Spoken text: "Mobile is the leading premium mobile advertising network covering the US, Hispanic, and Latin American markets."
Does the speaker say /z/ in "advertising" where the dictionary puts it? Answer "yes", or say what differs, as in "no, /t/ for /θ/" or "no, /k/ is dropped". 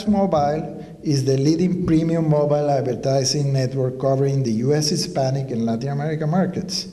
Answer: no, /s/ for /z/